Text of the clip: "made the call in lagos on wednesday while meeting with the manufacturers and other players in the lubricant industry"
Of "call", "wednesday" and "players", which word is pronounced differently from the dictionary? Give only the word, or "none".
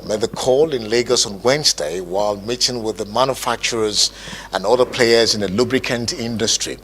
none